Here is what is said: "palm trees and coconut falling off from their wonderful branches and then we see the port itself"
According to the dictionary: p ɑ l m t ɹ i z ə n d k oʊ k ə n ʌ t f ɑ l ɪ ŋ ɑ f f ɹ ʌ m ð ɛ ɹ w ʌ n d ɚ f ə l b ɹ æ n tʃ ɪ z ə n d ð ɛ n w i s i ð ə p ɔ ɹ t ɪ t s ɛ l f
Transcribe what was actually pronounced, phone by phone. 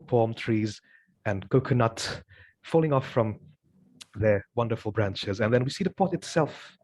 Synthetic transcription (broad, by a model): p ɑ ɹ m t ɹ i z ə n k oʊ k ə n ʌ t f ɑ l ɪ ŋ ɑ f f ɹ ʌ m ð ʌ ɹ w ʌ n d ɚ f l b ɹ æ n tʃ ɪ z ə n ð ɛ n w i s i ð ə p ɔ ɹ t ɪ t s ɛ l f